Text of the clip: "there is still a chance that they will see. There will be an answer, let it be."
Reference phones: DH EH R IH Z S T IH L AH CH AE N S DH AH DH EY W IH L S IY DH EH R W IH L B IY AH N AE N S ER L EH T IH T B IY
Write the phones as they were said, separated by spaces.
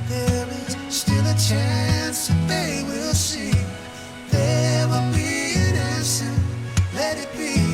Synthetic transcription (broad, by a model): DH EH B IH S T IH L AH CH AE N S DH AH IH W IH L S IY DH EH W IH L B IY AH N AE S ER L EH T IH T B IY